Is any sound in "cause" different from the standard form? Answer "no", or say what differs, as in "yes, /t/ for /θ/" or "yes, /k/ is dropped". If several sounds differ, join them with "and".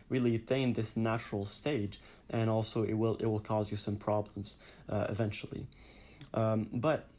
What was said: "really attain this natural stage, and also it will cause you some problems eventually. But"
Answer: no